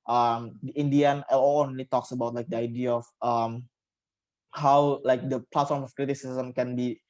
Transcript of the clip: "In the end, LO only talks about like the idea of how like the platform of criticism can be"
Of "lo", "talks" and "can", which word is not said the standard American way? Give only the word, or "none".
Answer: lo